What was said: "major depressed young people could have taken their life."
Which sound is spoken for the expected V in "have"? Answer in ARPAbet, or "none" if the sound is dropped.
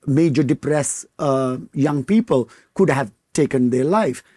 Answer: V